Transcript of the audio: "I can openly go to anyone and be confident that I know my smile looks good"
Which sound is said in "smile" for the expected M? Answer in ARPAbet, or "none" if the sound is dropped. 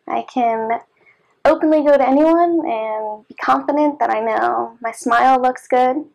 M